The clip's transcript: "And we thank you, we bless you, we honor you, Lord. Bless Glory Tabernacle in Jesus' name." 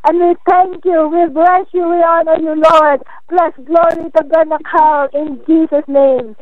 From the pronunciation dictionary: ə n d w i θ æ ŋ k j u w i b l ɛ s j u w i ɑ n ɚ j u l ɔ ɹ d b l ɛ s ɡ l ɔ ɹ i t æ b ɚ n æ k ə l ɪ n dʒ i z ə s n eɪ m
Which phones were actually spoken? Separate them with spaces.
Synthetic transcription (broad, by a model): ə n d w i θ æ ŋ k j u w i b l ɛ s j u w i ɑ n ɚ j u l ɔ ɹ d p l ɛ s ɡ l ɔ ɹ i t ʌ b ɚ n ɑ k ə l ɪ n dʒ i s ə s n eɪ m